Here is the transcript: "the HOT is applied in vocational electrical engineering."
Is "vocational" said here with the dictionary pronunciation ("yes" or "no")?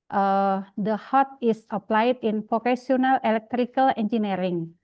no